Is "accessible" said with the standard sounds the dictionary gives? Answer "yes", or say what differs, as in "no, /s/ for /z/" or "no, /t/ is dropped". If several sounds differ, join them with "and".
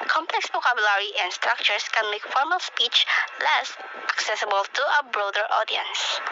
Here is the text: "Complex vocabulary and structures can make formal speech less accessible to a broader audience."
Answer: yes